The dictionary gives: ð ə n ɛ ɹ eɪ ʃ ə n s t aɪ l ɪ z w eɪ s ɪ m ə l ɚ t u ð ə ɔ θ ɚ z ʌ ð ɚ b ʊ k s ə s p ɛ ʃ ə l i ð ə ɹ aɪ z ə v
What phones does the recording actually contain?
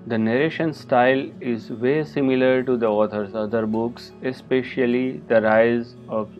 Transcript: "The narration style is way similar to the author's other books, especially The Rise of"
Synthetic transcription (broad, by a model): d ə n ɛ ɹ eɪ ʃ ə n s t aɪ l ɪ z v eɪ s ɪ m ə l ɚ t u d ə ɔ t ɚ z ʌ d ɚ b ʊ k s ə s p ɛ ʃ ə l i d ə ɹ aɪ z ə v